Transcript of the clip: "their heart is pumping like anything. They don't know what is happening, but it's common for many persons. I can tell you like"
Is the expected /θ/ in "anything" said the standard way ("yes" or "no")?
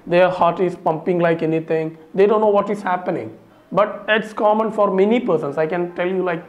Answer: no